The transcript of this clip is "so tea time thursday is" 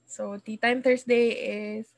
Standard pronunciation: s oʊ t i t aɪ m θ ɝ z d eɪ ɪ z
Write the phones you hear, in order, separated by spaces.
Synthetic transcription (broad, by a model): s oʊ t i t aɪ m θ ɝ s d eɪ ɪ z